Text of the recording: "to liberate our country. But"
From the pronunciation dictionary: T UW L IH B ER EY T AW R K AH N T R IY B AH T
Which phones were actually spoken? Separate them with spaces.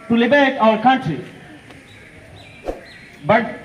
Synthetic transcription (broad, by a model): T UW L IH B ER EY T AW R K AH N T IY B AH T